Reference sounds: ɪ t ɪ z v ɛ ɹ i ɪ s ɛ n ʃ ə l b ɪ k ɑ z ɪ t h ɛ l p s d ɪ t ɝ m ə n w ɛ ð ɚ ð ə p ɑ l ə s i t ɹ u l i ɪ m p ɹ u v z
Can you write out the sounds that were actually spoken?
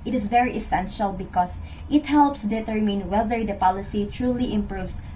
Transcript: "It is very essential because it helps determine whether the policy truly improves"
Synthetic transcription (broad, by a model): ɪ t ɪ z v ɛ ɹ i ɪ s ɛ n ʃ ə l b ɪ k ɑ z ɪ t h ɛ l p s d ɪ t ɝ m ə n w ɛ ð ɚ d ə p ɑ l ə s i t ɹ u l i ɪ m p ɹ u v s